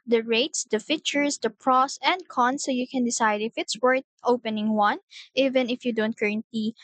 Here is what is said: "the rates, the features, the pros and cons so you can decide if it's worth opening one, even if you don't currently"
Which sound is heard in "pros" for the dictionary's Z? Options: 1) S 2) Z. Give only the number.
1